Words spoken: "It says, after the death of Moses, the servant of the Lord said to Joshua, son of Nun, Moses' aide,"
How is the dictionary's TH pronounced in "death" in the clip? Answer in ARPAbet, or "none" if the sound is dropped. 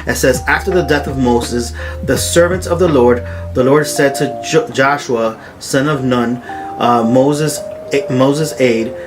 TH